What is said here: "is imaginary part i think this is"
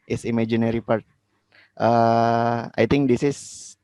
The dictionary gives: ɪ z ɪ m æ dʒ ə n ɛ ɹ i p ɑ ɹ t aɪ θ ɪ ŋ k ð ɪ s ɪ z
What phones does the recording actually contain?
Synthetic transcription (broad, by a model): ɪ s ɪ m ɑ dʒ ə n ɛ ɹ i p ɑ ɹ t aɪ t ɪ ŋ k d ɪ s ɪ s